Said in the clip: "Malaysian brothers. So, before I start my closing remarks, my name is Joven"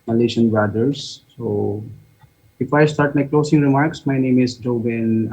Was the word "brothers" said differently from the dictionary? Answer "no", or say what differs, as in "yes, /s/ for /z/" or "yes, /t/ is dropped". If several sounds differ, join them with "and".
yes, /ɹ/ is dropped